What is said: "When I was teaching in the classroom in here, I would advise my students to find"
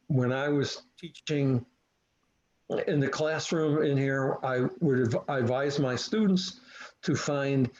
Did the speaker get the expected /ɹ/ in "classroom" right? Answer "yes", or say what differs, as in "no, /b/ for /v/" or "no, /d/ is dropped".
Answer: yes